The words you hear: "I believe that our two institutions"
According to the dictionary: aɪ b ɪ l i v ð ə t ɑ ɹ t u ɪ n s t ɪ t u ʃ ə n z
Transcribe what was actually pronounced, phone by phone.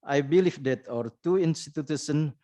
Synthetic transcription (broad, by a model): aɪ b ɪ l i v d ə t ɑ ɹ t u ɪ n s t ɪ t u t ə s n